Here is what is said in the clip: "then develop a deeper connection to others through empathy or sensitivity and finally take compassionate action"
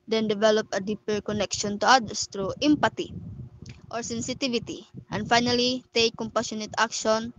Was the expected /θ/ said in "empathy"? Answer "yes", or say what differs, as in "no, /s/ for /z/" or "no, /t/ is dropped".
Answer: no, /t/ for /θ/